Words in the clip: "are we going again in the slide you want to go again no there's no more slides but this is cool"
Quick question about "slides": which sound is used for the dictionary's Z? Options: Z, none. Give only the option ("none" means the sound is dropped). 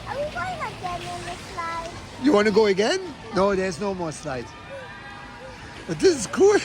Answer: none